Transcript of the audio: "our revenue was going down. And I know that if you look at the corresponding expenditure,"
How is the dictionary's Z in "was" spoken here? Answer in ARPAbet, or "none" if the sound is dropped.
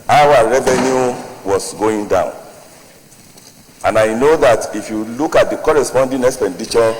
S